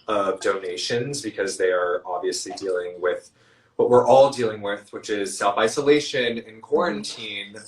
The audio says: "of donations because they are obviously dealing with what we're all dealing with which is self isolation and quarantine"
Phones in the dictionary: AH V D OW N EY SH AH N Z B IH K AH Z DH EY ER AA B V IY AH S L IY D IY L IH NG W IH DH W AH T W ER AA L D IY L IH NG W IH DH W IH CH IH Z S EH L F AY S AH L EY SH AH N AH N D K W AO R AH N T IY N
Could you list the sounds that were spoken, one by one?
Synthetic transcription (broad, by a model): AH V D OW N EY SH AH N Z B IH K AH Z DH EY ER AA B V IY AH S L IY D IY L IH NG W IH DH W AH T W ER AA L D IY L IH NG W IH DH W IH CH IH Z S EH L F AY S AH L EY SH AH N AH N K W AO R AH N T IY N